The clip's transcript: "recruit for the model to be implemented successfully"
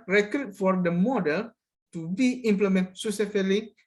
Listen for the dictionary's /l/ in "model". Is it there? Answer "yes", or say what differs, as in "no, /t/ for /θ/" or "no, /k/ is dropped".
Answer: yes